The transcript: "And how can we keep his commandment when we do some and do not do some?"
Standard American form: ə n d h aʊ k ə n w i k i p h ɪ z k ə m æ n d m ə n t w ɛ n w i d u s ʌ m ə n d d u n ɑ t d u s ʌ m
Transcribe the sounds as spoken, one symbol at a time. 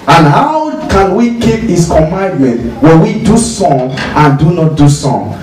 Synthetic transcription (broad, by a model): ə n h aʊ k ə n w i k i p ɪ s k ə m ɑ n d m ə n t w ɛ n w i d u s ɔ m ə n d d u n ɑ t d u s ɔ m